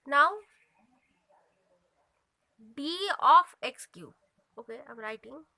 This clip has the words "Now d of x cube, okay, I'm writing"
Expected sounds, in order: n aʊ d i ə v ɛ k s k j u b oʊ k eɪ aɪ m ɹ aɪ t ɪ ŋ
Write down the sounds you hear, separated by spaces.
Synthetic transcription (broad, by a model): n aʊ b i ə f ɛ k s k j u oʊ k eɪ aɪ m ɹ aɪ t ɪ ŋ